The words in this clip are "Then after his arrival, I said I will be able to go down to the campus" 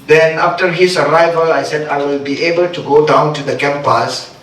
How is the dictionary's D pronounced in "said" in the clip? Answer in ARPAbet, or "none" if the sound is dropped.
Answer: D